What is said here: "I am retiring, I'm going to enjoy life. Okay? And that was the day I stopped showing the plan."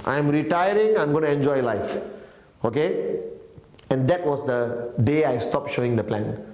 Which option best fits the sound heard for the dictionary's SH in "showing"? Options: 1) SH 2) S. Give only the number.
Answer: 1